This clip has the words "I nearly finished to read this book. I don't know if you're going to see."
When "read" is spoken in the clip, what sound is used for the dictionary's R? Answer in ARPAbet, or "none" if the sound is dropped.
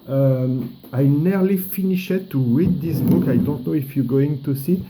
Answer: W